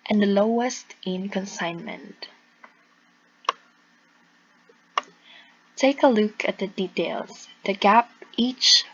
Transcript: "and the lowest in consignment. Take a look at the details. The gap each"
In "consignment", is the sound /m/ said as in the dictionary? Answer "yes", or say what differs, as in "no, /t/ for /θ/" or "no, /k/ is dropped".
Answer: yes